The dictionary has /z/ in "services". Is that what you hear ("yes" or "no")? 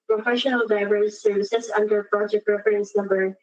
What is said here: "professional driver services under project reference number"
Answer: no